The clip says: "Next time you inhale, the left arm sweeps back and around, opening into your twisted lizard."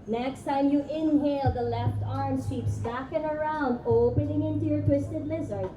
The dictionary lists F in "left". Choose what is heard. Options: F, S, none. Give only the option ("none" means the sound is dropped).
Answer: F